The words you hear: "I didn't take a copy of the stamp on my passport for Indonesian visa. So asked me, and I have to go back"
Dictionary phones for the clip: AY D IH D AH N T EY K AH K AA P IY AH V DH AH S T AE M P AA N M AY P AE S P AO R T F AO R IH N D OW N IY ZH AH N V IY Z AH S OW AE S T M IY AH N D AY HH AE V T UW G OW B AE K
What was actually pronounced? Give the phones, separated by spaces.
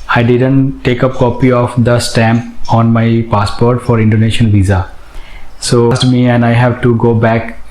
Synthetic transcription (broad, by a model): AY D IH D AH N T EY K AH K AA P IY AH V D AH S T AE M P AA N M AY P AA S P AO R T F AO R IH N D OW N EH SH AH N V IY Z AH S OW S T M IY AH N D AY HH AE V T UW G OW B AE K